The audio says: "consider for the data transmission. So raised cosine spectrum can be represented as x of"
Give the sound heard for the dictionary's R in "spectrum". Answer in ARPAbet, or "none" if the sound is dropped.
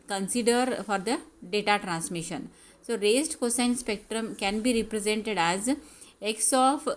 R